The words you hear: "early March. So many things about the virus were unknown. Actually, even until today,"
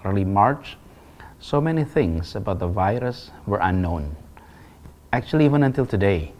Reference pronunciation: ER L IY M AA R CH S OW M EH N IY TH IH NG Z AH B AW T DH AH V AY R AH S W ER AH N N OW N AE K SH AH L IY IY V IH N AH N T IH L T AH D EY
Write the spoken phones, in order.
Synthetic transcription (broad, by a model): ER L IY M AA R CH S OW M EH N IY TH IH NG S AH B AW T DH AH V AY R AH S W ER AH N N OW N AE K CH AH L IY IY V IH N AH N T IH L T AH D EY